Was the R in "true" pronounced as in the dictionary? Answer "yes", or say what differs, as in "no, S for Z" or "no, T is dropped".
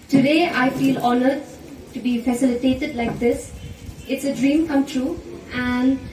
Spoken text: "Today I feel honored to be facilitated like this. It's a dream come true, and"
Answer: yes